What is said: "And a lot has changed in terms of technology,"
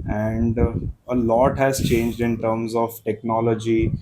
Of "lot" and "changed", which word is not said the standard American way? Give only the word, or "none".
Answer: none